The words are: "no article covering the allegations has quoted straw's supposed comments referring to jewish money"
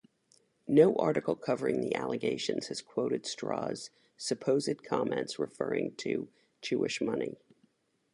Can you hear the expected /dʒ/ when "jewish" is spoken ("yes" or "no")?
no